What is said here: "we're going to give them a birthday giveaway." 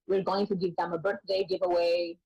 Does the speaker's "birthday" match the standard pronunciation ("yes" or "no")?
yes